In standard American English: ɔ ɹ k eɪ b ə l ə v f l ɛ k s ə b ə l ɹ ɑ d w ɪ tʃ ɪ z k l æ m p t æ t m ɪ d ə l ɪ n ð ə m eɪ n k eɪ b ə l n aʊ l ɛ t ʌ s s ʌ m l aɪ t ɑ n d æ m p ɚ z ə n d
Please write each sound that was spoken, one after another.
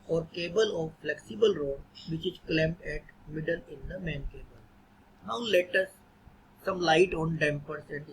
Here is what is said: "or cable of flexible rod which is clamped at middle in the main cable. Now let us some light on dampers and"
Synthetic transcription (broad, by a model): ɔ ɹ k eɪ b ə l ə v f l ɛ k s ə b ə l ɹ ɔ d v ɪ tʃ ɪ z k l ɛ m t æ t m ɪ d ə l ɪ n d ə m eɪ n k eɪ b ə l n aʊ l ɛ t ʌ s s ʌ m l aɪ t ɑ n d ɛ m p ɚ s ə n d